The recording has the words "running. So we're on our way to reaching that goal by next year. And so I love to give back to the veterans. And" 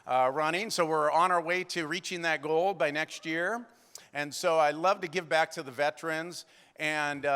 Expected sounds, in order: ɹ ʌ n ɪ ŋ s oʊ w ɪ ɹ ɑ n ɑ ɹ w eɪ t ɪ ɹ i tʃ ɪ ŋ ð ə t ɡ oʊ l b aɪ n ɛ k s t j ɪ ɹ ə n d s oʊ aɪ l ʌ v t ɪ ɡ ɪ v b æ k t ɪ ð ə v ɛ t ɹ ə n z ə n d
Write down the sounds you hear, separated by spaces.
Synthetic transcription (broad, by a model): ɹ ʌ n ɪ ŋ s oʊ w ɪ ɹ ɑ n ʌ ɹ w eɪ t ɪ ɹ i tʃ ɪ ŋ ð ə t ɡ oʊ l b aɪ n ɛ k s t j ɪ ɹ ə n s oʊ aɪ l ʌ v t ɪ ɡ ɪ v b æ k t ɪ ð ə v ɛ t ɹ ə n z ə n